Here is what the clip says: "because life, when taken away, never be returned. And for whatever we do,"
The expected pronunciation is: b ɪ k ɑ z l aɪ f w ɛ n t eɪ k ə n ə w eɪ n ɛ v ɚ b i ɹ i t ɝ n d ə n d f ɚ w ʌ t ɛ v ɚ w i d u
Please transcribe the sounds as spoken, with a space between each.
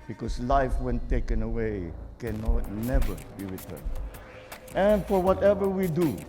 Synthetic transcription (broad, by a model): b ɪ k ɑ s l aɪ f w ɛ n t eɪ k ə n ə w eɪ n ɛ v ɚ b i ɹ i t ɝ n ə n f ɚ w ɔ t ɛ v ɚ w i d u